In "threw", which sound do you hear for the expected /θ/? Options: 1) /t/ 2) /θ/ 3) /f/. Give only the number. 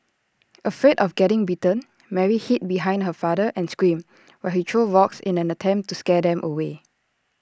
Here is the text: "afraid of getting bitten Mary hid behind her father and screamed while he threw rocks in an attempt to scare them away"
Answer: 1